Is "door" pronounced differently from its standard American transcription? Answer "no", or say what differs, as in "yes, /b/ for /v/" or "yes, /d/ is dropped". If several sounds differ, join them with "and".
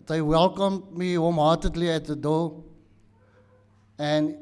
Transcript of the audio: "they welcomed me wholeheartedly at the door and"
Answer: yes, /l/ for /ɹ/